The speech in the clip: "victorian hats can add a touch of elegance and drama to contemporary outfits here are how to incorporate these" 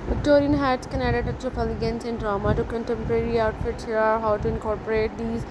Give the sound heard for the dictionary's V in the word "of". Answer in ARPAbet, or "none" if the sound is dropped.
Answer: P